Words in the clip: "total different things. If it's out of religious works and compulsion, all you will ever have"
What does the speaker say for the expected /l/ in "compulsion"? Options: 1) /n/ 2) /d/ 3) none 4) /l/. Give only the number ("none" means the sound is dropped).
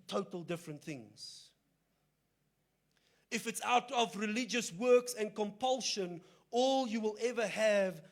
4